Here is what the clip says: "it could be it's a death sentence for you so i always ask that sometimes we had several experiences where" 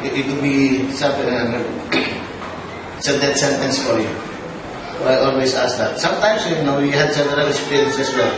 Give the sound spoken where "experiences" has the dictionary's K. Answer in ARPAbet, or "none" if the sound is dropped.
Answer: none